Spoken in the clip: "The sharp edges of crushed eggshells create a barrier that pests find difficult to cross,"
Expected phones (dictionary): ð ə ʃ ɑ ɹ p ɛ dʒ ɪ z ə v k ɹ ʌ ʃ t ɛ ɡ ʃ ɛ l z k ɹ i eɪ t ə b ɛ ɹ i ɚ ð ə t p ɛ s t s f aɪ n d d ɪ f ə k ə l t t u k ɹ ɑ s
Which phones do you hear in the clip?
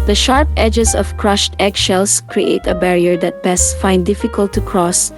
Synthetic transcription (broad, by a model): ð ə ʃ ɑ ɹ p ɛ dʒ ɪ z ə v k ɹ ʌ ʃ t ɛ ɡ ʃ ɛ l s k ɹ i eɪ t ə b ɛ ɹ i ɚ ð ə t b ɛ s s f aɪ n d d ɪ f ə k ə l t t u k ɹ ɑ s